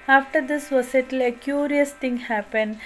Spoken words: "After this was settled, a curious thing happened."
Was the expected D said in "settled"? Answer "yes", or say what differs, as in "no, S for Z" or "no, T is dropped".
no, D is dropped